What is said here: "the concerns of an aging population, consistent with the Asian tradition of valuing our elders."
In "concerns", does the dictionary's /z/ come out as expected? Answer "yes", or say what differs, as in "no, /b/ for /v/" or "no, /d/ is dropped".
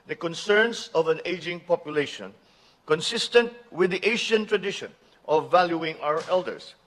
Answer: no, /s/ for /z/